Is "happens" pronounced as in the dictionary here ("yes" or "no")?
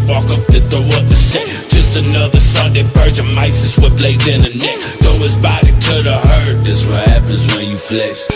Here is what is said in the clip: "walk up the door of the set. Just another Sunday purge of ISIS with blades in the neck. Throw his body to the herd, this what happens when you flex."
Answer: yes